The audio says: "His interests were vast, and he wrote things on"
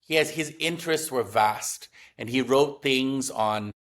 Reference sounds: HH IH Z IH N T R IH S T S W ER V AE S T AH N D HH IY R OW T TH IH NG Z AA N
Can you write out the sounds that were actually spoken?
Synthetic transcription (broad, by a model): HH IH Z IH N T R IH S T S W ER V AE S T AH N IY R OW T TH IH NG Z N